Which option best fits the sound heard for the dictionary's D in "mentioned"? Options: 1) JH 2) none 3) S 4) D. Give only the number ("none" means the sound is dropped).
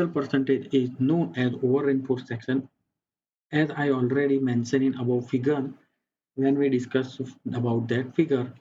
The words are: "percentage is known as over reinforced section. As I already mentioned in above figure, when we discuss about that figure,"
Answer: 2